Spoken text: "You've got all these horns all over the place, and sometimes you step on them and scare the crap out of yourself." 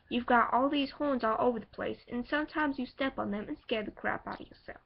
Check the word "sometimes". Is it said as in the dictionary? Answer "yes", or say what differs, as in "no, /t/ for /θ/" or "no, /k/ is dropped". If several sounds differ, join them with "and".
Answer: yes